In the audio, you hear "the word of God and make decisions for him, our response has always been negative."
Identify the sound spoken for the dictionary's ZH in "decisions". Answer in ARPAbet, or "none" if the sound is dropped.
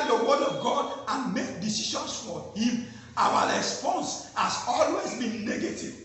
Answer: SH